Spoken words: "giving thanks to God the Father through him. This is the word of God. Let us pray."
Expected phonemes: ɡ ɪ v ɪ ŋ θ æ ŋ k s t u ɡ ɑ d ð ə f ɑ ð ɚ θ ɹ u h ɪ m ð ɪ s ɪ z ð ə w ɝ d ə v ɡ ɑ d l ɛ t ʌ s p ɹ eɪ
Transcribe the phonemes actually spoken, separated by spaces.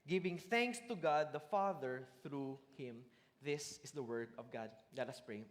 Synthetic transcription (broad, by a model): ɡ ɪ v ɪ ŋ θ æ ŋ k s t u ɡ ɑ d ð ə f ɑ ð ɚ θ ɹ u h ɪ m ð ɪ s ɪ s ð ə w ɝ d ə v ɡ ɑ d l ɛ t ʌ s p ɹ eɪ